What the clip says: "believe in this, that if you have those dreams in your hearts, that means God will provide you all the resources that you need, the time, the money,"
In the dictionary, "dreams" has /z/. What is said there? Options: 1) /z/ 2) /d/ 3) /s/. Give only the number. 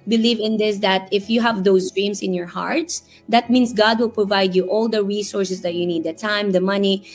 3